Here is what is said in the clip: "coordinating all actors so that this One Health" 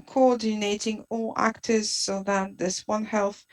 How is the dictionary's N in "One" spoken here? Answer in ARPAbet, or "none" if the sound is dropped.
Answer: N